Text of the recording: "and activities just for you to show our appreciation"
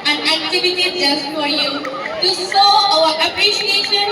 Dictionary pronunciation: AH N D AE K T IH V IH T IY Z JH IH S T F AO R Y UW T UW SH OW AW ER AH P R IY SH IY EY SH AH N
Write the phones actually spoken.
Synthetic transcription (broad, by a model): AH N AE K T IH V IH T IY JH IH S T F AO R Y UW T UW S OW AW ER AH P R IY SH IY EY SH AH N